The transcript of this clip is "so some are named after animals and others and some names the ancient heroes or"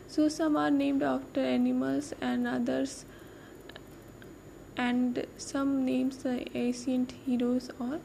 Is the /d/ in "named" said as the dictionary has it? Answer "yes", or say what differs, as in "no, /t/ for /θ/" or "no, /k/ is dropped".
yes